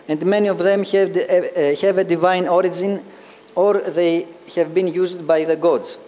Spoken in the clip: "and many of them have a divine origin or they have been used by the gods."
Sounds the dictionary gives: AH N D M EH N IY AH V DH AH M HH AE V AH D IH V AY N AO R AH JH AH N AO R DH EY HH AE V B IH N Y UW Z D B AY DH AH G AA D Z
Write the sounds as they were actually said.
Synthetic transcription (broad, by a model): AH N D M EH N IY AH V DH AH M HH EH V AH D IH V AY N AO R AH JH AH N AO R DH EY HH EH V B IH N Y UW Z D B AY DH AH G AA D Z